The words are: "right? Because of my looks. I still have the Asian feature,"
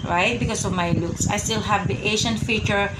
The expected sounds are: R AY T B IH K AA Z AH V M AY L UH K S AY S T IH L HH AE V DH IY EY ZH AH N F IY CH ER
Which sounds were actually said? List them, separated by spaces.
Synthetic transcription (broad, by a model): R AY T B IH K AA S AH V M AY L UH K S AY S T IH L HH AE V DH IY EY SH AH N F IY CH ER